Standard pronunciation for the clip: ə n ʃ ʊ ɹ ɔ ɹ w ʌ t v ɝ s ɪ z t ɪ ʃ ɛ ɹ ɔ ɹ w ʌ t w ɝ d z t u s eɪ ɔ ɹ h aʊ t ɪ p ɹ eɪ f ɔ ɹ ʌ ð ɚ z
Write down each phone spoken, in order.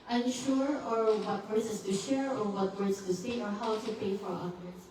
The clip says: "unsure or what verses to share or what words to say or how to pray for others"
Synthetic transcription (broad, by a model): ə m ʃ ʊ ɹ ɔ ɹ w ʌ t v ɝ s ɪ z t ɪ ʃ ɛ ɹ ɔ ɹ w ʌ t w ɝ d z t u s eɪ ɔ ɹ h aʊ t ɪ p eɪ f ɔ ɹ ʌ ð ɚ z